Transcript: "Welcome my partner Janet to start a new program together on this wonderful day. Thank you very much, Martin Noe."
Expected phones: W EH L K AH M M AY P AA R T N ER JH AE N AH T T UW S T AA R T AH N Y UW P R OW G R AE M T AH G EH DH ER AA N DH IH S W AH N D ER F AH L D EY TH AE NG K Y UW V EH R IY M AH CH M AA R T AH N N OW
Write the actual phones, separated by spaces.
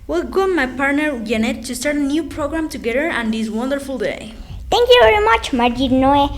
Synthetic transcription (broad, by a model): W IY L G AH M M AY P AA R T N ER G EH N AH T T UW S T AA R T AH N Y UW P R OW G R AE M T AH G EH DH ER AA N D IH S W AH N D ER F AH L D EY T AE NG K Y UW V EH R IY M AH CH M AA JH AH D N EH